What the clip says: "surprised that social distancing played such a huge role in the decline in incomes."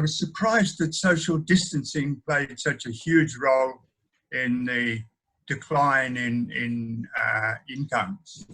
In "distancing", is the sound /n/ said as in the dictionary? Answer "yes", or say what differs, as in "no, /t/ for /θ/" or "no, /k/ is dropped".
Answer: yes